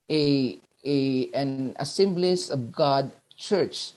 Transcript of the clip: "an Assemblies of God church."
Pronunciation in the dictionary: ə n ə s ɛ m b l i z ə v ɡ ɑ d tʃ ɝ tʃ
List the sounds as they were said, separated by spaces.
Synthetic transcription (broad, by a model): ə n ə s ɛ m b l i s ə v ɡ ɑ d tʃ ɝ tʃ